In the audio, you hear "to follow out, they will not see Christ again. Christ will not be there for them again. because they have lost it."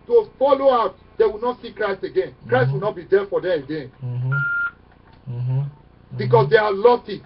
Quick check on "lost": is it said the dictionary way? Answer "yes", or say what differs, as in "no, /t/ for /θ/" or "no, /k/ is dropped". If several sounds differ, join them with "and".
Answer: no, /s/ is dropped